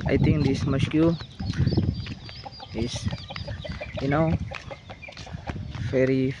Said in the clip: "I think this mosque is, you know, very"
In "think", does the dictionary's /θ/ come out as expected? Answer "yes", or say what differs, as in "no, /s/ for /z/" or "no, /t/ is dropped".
no, /t/ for /θ/